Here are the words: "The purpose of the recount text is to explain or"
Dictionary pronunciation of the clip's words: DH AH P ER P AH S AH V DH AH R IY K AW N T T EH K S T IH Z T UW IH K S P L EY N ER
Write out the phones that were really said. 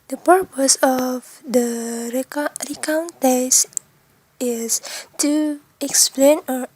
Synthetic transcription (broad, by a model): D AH P ER P AH S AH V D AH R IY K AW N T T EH S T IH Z T UW IH K S P L EY N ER